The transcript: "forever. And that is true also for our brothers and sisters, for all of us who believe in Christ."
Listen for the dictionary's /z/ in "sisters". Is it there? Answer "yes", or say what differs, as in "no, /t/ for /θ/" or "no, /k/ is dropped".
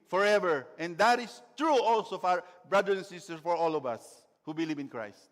no, /z/ is dropped